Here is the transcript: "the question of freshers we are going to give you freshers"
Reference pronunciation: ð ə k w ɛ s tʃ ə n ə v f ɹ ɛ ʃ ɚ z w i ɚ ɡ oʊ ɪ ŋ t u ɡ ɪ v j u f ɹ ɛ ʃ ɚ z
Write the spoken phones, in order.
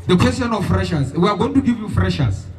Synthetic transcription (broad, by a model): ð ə k w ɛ s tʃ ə n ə f f ɹ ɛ ʃ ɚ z w i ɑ ɡ oʊ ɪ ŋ t u ɡ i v j u f ɹ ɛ ʃ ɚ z